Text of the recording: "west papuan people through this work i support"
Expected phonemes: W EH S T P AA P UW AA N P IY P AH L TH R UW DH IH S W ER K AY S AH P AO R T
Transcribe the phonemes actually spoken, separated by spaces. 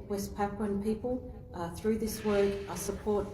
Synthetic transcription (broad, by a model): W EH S P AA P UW N P IY P AH L TH R UW DH IH S W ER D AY S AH P AO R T